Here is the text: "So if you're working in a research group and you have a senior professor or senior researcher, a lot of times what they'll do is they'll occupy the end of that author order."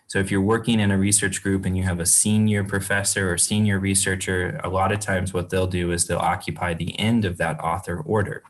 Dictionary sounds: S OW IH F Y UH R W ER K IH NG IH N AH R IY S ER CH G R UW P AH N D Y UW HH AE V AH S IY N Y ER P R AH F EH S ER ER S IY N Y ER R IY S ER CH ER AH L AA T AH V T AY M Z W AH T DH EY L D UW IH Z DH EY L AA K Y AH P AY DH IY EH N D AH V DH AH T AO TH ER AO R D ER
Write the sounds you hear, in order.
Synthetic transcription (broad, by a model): S OW IH F Y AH R W ER K IH NG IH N AH R IY S ER CH G R UW P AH N Y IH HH V AH S IY N Y ER P R AH F EH S ER ER S IY N Y ER R IY S ER CH ER AH L AA T AH V T AY M Z W AH T DH EY L D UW IH Z DH EY L AA K Y AH P AY DH IY EH N D AH V DH AH T AO TH ER AO R D ER